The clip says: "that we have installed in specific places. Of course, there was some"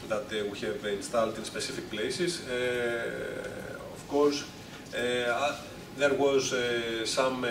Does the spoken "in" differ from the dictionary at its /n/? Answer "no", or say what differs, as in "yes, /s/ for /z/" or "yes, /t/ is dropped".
no